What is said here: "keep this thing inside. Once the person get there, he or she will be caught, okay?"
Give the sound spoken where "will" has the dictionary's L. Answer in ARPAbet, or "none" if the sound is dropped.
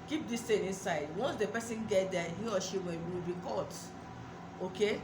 W